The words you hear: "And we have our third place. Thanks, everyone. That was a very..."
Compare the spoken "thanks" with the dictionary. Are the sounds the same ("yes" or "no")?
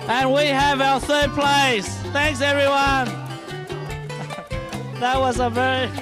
yes